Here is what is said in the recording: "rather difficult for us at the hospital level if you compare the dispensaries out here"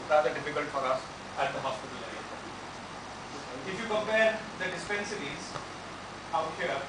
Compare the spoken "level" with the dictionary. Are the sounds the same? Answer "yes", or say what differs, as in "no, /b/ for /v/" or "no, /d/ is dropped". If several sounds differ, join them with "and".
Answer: no, /v/ is dropped